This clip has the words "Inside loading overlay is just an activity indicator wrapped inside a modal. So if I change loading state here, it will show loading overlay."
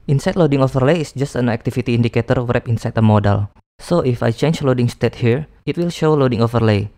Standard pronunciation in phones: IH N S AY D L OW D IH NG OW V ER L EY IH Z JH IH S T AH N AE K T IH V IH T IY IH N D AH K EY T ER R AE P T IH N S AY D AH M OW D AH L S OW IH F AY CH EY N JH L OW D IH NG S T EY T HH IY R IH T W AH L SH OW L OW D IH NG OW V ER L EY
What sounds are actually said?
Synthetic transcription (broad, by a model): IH N S AY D L OW D IH NG OW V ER L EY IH S JH IH S T AH N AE K T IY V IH T IY N D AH K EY T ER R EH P IH N S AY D AH M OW D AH L S OW IH F AY CH EY N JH L OW D IH NG S T EY T HH IY R IH T W AH L SH OW L OW D IH NG OW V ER L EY